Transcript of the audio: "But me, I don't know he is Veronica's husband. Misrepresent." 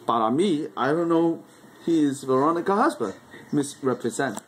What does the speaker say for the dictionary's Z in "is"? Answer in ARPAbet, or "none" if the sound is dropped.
Z